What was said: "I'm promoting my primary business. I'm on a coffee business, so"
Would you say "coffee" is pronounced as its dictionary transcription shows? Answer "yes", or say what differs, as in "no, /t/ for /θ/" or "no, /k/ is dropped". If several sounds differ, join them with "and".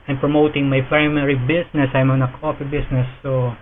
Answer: no, /p/ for /f/